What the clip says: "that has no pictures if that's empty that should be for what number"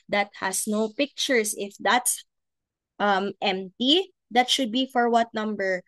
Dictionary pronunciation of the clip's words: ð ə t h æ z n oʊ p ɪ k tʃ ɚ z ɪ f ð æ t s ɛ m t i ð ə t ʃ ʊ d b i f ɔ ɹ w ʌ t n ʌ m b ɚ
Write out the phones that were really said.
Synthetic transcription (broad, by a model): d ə t h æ s n oʊ p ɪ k tʃ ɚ s ɪ f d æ t s ɛ m t i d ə t ʃ ʊ d b i f ɔ ɹ w ʌ t n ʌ m b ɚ